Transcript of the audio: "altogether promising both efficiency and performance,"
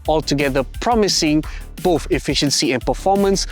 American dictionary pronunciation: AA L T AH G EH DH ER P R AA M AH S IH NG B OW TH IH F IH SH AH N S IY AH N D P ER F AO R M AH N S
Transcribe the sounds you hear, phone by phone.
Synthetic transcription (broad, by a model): AA L T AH G EH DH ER P R AA M AH S IH NG B OW TH IH F IH SH AH N S IY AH N P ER F AO M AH N S